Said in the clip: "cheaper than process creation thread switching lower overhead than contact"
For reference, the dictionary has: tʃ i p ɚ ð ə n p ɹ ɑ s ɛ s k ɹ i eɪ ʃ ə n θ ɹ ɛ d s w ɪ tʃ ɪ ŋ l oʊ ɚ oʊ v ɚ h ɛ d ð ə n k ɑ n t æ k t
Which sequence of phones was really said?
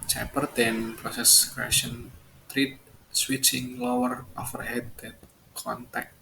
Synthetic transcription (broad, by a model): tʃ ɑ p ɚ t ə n p ɹ ɑ s ɛ s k ɹ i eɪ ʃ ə n t ɹ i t s w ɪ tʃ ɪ ŋ l oʊ ɚ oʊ f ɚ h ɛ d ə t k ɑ n t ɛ k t